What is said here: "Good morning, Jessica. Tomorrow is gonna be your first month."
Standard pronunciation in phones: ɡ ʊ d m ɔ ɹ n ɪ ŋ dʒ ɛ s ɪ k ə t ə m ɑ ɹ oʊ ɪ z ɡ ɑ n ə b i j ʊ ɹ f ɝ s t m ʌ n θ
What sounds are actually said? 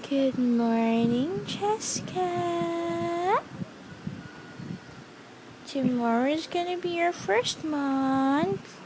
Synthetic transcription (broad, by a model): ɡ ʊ d m ɔ ɹ n ɪ ŋ tʃ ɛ s k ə t ə m ɑ ɹ oʊ ɪ z ɡ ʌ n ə b i j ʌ ɹ f ɝ s t m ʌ n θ